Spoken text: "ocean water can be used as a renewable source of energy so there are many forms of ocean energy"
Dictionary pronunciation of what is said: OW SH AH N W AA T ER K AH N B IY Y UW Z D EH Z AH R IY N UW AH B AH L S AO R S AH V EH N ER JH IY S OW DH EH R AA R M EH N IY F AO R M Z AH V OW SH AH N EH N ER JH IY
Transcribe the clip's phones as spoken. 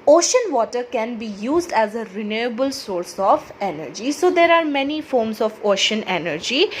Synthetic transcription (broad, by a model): OW SH AH N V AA T ER K AH N B IY Y UW Z D EH Z AH R IY N UW AH B AH L S AO R S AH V EH N ER JH IY S OW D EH R AA R M EH N IY F AO R M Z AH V OW SH AH N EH N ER JH IY